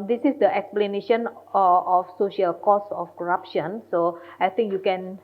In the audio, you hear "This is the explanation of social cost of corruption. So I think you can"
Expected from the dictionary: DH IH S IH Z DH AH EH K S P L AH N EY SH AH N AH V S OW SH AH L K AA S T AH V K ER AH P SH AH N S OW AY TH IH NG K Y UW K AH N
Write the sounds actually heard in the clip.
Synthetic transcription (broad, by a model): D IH S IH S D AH EH K S P L AH N EY SH AH N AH F S OW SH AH L K AA S AH F K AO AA P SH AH N S OW AY T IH NG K Y UW K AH N